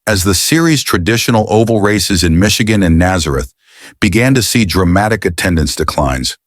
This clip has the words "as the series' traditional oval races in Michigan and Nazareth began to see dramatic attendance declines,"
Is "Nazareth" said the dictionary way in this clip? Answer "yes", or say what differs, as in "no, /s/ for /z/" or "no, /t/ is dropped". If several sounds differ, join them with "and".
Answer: yes